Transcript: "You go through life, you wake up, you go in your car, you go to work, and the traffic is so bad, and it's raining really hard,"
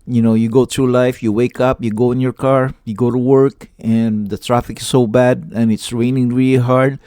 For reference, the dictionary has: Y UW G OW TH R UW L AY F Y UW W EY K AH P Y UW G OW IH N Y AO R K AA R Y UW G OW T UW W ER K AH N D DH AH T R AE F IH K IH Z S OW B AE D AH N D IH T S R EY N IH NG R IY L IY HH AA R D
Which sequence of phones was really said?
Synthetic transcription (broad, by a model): Y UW G OW T R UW L AY F Y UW W EY K AH P Y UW G OW IH N Y AO R K AA R Y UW G OW T UW W ER K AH N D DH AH T R AE F IH K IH S OW B AE D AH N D IH T S R EY N IH NG R IY L IY HH AA R D